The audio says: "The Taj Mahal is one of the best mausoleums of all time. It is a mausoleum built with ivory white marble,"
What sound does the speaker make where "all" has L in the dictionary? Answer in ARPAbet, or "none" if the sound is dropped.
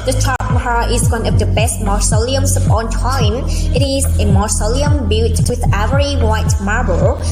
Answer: N